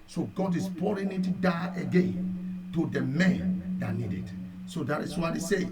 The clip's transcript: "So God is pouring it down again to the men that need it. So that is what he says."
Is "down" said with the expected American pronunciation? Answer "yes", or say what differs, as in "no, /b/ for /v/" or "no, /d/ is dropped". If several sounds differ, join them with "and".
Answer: no, /n/ is dropped